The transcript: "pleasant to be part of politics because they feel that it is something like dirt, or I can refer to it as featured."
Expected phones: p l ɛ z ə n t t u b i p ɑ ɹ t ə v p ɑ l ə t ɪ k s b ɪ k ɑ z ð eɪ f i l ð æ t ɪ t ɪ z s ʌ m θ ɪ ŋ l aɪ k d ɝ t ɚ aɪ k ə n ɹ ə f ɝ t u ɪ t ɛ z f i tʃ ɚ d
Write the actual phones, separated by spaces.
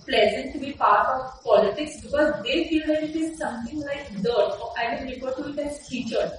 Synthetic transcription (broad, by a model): p l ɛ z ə n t t u b i p ɑ ɹ t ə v p ɑ l ə t ɪ k s b ɪ k ɑ z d eɪ f i l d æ t ɪ t ɪ z s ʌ m t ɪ ŋ l aɪ k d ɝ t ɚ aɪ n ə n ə p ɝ t u ɪ t ɛ z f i tʃ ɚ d